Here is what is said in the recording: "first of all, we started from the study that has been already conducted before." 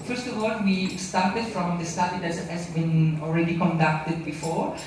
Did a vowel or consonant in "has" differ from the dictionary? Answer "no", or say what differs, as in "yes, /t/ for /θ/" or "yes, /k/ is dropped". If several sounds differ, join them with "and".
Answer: yes, /s/ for /z/